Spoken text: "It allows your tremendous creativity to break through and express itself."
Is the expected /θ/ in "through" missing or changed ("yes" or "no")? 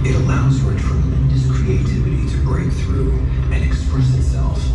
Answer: no